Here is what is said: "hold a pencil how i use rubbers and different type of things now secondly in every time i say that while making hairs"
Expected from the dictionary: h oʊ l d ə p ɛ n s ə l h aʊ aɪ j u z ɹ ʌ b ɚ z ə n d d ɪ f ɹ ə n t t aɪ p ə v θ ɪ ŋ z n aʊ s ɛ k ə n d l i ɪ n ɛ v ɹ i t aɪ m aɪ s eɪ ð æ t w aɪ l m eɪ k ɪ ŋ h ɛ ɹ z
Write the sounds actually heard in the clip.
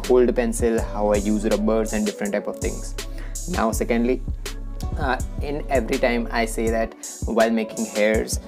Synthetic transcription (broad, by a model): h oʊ l d p ɛ n s ə l h aʊ aɪ j u z ɹ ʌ b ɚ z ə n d d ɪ f ɹ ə n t t aɪ p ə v t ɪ ŋ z n aʊ s ɛ k ə n d l i ɪ n ɛ v ɹ i t aɪ m aɪ s eɪ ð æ t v aɪ l m eɪ k ɪ ŋ h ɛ ɹ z